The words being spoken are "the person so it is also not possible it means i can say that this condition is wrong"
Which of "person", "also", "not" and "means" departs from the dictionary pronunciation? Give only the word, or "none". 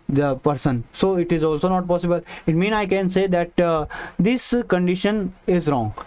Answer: means